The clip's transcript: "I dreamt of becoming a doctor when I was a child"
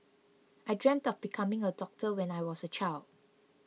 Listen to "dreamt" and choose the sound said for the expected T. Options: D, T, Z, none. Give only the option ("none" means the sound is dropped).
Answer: T